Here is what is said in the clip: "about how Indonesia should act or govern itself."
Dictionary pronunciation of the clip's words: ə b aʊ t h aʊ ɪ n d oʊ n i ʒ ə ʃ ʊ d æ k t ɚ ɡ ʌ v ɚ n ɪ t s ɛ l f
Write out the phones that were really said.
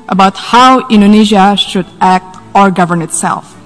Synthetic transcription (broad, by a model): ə b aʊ t h aʊ ɪ n d oʊ n i ʒ ə ʃ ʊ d æ k t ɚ ɡ ʌ v ɚ n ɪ t s ɛ l f